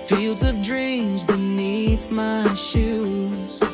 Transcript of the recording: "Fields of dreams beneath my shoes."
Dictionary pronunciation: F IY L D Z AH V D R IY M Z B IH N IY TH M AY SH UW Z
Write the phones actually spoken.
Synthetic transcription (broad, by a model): F IY L D Z AH V D R IY M Z B IH N IY TH M AY SH UW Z